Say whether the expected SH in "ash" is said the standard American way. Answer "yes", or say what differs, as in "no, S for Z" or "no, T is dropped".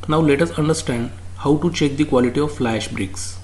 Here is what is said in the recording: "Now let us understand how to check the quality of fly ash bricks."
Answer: yes